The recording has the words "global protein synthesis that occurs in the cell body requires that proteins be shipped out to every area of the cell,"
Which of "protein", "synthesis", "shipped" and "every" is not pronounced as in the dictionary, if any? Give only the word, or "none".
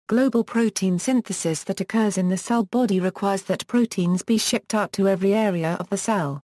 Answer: none